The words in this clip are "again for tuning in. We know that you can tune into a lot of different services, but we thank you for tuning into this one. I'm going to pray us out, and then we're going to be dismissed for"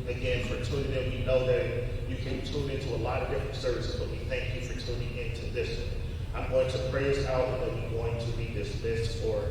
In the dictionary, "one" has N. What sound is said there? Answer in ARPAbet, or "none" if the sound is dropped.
none